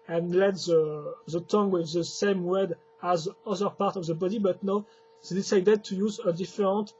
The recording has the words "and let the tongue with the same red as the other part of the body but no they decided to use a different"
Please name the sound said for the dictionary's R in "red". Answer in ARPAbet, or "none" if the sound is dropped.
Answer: W